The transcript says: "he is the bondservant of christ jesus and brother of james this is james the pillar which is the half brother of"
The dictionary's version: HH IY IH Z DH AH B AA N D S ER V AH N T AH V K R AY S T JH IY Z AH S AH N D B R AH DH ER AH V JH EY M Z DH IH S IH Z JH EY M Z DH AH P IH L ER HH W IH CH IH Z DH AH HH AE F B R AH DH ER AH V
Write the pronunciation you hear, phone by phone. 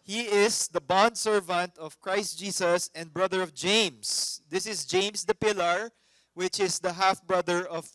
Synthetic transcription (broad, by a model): HH IY IH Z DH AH B AA N D S ER V AH N T AH V K R AY S T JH IY S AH S AH N D B R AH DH ER AH V JH EY M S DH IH S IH S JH EY M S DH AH P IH L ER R W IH CH IH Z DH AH HH AE F B R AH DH ER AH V